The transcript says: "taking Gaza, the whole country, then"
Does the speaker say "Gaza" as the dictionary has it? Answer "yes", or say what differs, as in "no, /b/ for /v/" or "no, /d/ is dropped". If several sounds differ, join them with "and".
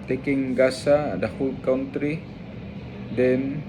no, /s/ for /z/